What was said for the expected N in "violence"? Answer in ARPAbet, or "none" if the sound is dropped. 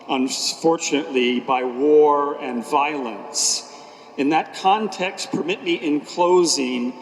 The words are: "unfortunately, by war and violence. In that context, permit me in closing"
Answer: N